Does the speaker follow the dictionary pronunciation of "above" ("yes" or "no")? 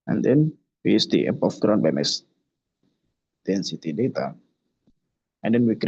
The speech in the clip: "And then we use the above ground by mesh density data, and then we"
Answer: no